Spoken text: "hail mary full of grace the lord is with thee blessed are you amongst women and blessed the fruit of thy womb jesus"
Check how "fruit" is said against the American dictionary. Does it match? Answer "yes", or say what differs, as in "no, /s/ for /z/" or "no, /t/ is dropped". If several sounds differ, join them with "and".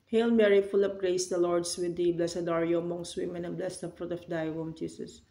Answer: yes